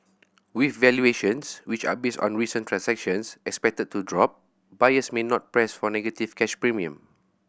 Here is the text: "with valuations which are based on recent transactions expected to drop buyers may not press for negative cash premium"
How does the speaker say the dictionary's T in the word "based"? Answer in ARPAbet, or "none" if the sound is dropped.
T